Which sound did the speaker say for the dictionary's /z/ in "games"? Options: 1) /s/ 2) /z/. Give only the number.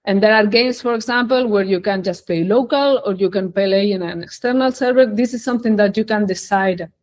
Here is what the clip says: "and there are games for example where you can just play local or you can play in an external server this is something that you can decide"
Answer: 1